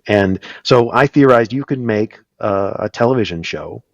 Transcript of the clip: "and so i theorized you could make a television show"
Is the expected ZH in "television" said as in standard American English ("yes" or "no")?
yes